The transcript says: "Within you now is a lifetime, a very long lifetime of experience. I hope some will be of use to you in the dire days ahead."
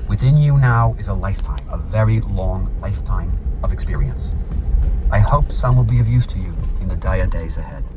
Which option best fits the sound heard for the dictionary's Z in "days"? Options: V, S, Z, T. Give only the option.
Z